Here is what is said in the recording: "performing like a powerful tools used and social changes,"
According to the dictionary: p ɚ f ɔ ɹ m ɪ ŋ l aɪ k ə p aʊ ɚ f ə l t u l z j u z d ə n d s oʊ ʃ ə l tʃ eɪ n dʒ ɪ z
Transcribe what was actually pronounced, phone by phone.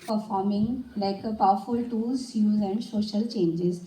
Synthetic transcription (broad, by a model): p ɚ f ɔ ɹ m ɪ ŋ l aɪ k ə p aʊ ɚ f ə l t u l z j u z ə n d s oʊ ʃ ə l tʃ eɪ n dʒ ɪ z